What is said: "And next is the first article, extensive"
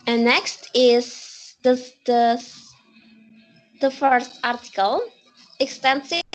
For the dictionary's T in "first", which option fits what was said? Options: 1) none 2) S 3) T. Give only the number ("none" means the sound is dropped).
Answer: 3